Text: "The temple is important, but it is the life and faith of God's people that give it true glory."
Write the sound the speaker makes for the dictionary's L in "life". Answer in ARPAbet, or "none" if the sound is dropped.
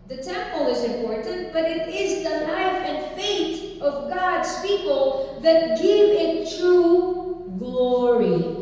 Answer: N